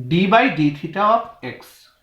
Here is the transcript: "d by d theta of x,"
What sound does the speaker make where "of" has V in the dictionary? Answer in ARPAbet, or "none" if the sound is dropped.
P